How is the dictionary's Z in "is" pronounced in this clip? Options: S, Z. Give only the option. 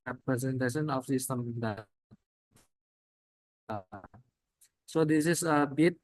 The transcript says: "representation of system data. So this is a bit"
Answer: S